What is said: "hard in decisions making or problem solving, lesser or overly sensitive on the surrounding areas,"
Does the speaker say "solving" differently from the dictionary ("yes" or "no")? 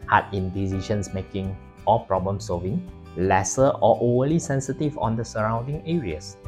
no